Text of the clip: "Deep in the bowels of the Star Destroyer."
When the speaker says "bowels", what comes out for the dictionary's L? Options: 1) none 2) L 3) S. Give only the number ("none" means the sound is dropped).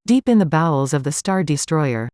2